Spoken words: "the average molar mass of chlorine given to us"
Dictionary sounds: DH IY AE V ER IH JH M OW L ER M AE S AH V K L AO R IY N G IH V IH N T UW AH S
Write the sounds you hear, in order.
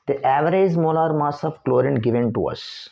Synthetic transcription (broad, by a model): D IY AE V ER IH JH M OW L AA M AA S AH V K L AO R IY N G IH V IH N T UW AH S